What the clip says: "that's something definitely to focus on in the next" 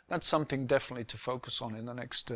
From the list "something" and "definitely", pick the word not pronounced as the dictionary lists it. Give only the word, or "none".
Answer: none